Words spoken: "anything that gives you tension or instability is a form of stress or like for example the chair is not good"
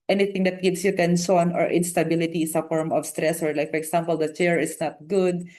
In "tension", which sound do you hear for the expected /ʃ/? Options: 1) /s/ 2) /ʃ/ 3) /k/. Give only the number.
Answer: 1